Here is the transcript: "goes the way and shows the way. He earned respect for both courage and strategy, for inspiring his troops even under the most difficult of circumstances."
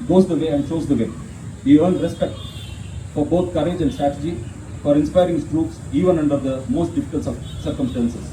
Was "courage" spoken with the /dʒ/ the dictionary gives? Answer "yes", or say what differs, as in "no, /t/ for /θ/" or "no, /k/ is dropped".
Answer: yes